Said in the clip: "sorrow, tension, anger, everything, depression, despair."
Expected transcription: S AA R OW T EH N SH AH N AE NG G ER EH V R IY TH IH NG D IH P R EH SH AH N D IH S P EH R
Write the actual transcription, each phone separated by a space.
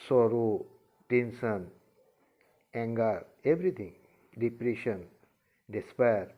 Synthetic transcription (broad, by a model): S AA R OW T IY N S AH N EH NG G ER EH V R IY T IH NG D IH P R EH SH AH N D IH S P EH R